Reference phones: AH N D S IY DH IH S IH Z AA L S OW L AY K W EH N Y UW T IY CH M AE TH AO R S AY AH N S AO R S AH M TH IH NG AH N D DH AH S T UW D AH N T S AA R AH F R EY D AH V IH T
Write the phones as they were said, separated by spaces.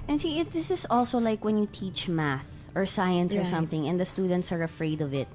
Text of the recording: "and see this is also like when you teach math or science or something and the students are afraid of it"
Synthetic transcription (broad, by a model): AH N S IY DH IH S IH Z AA L S OW L AY K W EH N Y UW T IY CH M AE TH AO R S AY AH N S AO R S AH M TH IH NG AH N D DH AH S T UW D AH N T S AA R AH F R EY D AH V IH T